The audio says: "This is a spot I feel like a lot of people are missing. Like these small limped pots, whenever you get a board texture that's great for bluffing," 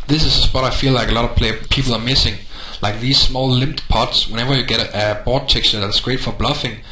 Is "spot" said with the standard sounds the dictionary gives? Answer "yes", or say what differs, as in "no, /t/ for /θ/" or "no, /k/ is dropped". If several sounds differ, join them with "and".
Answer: no, /b/ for /p/